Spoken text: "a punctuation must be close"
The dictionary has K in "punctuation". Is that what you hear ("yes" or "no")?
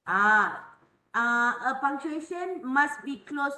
no